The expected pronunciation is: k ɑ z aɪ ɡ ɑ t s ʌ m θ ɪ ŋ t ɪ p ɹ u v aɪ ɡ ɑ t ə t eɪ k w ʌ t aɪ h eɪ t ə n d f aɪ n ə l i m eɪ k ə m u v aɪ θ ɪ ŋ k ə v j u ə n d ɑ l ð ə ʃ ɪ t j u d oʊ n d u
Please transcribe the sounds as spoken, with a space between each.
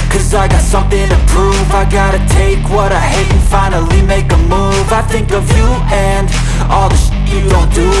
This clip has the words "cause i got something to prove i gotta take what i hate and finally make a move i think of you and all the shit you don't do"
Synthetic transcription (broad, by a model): k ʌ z aɪ ɡ ɑ t s ʌ m θ ɪ ŋ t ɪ p ɹ u v aɪ ɡ ɑ t ə t eɪ k w ʌ t aɪ h eɪ ə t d f aɪ n l i m eɪ k ə m u v aɪ θ ɪ ŋ k ə v j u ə n ɑ l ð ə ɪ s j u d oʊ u